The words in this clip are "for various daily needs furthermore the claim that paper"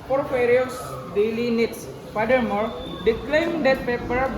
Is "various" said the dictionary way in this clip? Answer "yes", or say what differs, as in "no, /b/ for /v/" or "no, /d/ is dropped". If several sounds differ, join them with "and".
no, /f/ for /v/